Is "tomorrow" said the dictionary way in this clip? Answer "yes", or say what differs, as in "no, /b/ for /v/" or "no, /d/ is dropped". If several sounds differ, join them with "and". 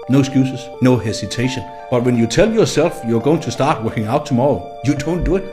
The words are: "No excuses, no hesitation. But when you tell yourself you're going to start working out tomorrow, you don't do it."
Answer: yes